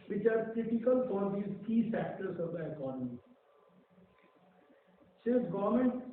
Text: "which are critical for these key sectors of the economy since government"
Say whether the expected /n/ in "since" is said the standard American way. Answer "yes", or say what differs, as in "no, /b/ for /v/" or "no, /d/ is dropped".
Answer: no, /n/ is dropped